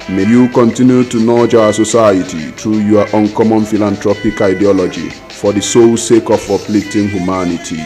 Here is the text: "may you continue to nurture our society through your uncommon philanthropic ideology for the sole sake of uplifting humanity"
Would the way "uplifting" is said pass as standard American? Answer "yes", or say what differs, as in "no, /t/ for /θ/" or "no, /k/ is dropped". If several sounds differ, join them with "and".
no, /f/ is dropped